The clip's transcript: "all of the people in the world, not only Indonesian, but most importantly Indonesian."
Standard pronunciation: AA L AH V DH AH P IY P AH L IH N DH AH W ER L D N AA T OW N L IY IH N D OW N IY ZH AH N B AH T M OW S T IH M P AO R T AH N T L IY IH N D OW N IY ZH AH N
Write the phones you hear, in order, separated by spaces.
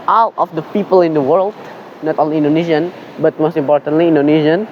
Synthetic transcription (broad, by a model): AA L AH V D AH P IY P AH L IH N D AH W ER L D N AA T OW N L IY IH N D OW N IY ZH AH N B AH T M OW S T IH M P AO R T AH N T L IY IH N D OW N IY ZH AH N